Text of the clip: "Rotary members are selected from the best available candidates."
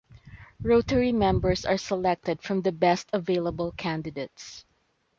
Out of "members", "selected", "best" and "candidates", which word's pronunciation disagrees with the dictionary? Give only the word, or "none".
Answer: members